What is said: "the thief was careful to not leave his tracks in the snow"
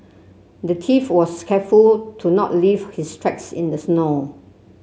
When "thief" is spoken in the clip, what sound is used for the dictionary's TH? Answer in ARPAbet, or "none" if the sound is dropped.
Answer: T